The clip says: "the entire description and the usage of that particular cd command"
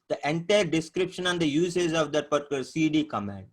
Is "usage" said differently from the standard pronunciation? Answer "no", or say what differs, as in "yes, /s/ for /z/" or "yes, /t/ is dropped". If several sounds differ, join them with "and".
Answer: yes, /z/ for /dʒ/